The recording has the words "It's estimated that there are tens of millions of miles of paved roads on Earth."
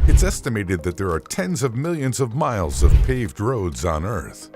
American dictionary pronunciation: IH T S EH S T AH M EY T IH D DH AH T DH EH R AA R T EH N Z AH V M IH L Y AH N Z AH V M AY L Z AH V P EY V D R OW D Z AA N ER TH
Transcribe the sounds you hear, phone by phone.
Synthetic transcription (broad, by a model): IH T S EH S T AH M EY T IH D DH AH T DH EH R AA R T EH N Z AH V M IH L Y AH N Z AH V M AY L Z AH V P EY V D R OW D Z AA N ER TH